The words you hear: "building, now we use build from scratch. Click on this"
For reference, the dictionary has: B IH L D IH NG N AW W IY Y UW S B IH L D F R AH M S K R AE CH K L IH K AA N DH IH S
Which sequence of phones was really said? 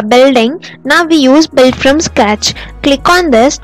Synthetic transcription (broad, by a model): B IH L D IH NG N AW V IY Y UW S B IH L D F R AH M S K AE CH K L IH K AA N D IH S